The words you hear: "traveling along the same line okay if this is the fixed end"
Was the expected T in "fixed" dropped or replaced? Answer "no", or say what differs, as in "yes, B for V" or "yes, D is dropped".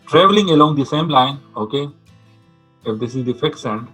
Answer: yes, T is dropped